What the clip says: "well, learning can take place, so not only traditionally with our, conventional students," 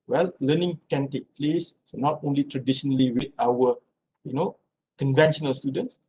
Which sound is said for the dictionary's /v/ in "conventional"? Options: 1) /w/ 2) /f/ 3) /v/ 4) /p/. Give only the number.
3